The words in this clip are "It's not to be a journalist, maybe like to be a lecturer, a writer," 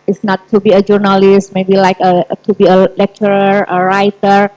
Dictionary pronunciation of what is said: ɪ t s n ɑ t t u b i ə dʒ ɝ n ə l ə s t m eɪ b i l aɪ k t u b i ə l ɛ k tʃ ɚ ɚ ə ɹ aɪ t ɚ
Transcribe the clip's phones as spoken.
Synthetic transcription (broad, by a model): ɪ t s n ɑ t t u b i ə dʒ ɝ n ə l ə s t m eɪ b i l aɪ k t u b i ə l ɛ k tʃ ɚ ɚ ə ɹ aɪ t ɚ